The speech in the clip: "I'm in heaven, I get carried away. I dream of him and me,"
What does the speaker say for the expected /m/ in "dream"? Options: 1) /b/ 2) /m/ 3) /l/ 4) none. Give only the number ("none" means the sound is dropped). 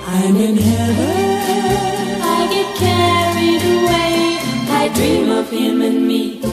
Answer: 2